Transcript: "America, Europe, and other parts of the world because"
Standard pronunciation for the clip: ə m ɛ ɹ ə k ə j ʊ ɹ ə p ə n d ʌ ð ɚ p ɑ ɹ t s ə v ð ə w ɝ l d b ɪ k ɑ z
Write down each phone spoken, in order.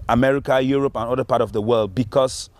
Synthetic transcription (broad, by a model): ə m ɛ ɹ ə k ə j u ɹ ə p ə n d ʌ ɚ p ɑ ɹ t ə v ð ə w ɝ l d b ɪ k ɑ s